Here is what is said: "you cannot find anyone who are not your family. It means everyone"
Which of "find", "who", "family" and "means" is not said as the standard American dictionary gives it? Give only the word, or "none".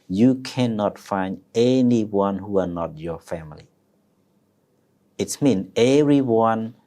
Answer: means